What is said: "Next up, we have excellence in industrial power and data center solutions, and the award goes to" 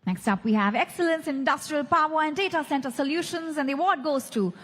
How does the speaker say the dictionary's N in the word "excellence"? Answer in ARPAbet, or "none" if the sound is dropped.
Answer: N